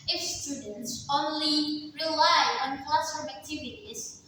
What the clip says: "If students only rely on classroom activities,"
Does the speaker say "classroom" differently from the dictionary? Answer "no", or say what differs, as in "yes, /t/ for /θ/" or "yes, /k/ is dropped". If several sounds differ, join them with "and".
yes, /ɹ/ is dropped